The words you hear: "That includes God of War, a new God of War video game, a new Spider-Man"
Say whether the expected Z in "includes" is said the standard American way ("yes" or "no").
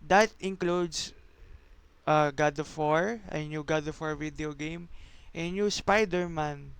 no